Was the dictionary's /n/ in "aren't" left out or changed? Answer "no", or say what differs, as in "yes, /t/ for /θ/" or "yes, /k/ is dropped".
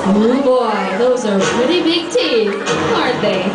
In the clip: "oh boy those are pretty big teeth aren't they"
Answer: yes, /n/ is dropped